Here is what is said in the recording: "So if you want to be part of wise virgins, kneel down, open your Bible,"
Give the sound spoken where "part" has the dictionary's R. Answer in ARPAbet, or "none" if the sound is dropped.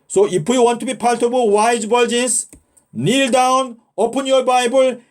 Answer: L